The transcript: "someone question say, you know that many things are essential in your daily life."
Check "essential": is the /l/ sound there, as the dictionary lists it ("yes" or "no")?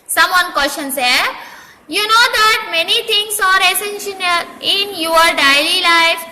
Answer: no